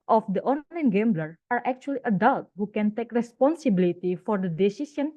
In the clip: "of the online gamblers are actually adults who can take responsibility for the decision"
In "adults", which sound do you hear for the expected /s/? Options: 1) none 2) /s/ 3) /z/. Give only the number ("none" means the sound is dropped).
1